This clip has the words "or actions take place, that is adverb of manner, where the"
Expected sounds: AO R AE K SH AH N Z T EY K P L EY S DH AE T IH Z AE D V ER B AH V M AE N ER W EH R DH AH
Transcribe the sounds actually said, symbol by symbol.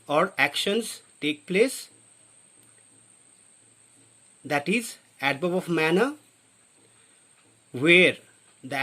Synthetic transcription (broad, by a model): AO R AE K SH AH N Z T EY K P L EY S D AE T IH Z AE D B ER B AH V M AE N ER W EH R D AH